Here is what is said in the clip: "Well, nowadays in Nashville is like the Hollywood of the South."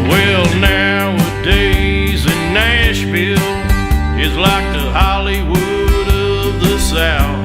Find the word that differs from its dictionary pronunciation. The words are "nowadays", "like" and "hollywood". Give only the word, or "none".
none